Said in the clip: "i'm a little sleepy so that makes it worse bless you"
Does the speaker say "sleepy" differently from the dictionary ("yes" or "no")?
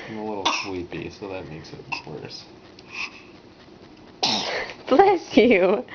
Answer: yes